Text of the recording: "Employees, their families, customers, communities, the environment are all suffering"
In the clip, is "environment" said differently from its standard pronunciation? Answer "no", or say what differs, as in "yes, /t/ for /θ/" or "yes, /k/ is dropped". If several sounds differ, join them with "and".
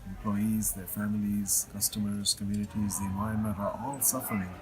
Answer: yes, /ɹ/ is dropped and /n/ is dropped